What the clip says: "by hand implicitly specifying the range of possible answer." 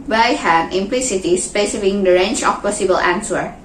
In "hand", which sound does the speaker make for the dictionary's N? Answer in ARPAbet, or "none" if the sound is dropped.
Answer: none